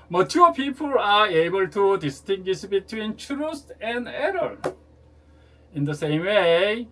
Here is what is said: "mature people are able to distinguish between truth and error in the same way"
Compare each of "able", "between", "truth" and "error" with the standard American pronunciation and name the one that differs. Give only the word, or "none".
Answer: truth